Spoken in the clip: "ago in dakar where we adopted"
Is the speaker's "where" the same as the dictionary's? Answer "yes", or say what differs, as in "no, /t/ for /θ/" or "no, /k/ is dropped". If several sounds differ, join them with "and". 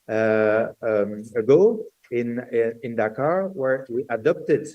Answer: yes